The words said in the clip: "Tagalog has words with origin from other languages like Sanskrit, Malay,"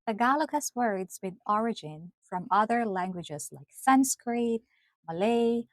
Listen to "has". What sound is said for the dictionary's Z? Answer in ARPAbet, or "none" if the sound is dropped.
S